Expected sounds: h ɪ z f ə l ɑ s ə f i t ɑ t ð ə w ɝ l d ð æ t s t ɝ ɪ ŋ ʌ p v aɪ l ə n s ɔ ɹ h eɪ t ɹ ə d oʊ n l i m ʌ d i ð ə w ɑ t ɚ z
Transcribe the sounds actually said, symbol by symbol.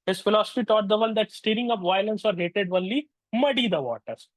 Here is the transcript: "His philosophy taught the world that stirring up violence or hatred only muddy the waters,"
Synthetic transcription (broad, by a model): h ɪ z f ə l ɑ s ə f i t ɑ t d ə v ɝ n d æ t s t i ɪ ŋ ʌ p v aɪ l ə n s ɔ ɹ h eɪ t ə d oʊ n l i m ʌ d i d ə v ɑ t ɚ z